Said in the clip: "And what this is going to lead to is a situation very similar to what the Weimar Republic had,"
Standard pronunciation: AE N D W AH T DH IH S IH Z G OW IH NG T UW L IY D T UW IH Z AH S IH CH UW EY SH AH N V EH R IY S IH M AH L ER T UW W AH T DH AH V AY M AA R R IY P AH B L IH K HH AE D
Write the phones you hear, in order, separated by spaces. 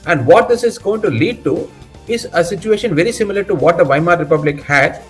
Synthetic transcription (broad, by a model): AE N D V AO T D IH S IH Z G OW IH NG T UW L IY D T UW IH Z AH S IH CH UW EY SH AH N V EH R IY S IH M AH L ER T UW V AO T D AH V AY M AA R R IY P AH B L IH K HH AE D